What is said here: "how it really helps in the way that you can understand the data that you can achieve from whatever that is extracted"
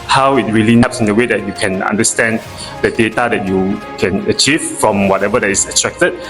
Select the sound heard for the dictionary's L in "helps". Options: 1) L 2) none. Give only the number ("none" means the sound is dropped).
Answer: 2